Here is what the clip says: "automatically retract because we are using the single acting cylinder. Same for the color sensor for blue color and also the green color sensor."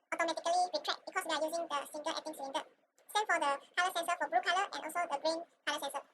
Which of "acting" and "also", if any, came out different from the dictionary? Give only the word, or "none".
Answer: acting